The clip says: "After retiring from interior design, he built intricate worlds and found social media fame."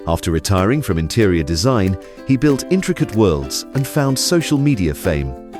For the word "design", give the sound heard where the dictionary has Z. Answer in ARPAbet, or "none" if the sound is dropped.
Z